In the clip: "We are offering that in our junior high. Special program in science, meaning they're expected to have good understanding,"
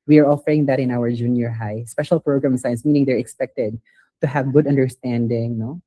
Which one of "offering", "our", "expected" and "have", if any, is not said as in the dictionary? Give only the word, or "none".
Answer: none